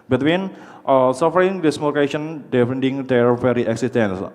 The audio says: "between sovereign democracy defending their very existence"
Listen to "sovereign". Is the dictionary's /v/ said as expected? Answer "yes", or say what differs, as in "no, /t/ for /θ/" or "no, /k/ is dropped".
no, /f/ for /v/